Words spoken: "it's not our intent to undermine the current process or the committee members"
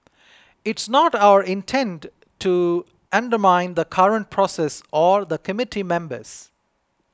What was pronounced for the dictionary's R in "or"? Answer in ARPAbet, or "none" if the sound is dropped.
R